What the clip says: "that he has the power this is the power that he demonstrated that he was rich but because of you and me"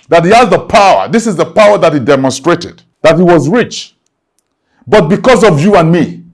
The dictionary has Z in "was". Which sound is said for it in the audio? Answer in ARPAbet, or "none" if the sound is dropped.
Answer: Z